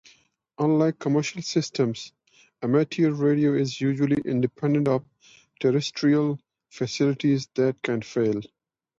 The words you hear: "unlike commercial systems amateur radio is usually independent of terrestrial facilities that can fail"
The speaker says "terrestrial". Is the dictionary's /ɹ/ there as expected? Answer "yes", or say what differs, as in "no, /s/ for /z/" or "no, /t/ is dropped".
yes